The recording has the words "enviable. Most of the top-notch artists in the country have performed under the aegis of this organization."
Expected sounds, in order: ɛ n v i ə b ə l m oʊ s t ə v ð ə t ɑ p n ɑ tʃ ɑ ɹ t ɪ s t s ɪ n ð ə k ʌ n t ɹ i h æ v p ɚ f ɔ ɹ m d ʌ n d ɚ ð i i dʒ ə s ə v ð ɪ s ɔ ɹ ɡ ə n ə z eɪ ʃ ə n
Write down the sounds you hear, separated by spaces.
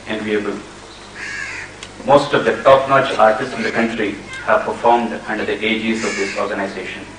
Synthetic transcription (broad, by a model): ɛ n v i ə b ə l m oʊ s t ə v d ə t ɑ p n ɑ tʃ ɑ ɹ t ɪ s t s ɪ n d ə k ʌ n t ɹ i h æ v p ɚ f ɔ ɹ m d ʌ n d ɚ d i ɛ dʒ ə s ə v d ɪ s ɔ ɹ ɡ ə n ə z eɪ ʃ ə n